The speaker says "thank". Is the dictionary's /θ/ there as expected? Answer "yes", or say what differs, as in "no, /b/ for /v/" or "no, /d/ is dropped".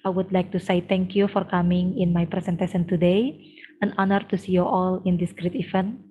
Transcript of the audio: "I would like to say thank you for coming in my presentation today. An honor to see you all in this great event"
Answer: no, /t/ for /θ/